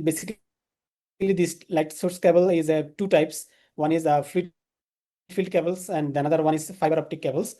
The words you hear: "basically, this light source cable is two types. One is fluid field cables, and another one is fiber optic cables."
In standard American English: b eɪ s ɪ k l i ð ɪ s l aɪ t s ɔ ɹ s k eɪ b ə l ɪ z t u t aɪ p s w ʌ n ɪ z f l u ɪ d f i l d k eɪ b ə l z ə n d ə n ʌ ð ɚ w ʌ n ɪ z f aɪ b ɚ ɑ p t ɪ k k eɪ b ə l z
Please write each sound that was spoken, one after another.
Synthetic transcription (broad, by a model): b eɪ s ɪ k l i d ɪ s l aɪ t s ɔ ɹ s k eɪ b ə l ɪ z t u t aɪ p s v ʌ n ɪ z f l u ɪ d f i l d k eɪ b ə l s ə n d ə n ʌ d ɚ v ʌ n ɪ z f aɪ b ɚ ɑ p t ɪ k k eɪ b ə l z